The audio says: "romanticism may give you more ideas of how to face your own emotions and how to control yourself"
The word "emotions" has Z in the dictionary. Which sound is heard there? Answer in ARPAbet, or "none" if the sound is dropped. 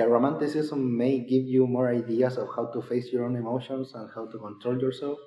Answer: S